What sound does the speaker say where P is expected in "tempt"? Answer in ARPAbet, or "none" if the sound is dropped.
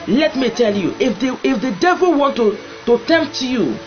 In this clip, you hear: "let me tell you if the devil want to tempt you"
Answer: P